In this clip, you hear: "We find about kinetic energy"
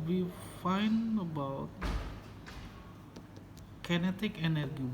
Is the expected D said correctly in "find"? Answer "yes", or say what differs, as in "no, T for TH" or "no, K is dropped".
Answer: no, D is dropped